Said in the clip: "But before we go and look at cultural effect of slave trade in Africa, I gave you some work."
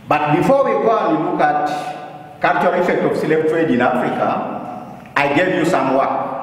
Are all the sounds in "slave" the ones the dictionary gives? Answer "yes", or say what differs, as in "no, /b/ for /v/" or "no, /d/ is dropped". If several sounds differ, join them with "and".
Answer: no, /p/ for /v/